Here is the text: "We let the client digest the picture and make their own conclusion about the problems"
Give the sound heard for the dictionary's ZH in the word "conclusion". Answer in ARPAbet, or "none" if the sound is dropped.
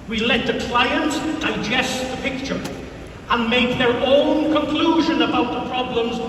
ZH